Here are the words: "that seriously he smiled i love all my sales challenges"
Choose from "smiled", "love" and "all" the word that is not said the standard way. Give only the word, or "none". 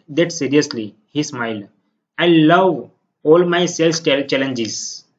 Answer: smiled